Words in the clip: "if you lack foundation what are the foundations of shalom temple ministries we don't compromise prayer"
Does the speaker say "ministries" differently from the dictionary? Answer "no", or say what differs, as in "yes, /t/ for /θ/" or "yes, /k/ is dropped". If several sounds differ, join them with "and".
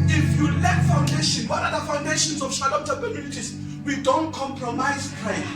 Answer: yes, /s/ is dropped and /ɹ/ is dropped